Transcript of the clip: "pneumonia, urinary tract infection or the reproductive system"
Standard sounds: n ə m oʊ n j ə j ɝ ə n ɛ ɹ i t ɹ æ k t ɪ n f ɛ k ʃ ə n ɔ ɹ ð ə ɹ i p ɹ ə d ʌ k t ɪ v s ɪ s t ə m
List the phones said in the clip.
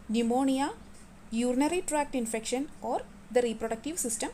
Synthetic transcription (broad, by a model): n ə m oʊ n j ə j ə n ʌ ɹ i t ɹ æ k t ɪ n f ɛ k ʃ ə n ɔ ɹ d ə ɹ i p ɹ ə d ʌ k t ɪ v s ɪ s t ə m